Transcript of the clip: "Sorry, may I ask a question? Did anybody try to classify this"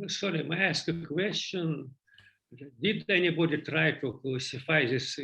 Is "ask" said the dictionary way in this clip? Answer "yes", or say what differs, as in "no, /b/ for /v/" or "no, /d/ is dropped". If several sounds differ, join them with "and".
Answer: yes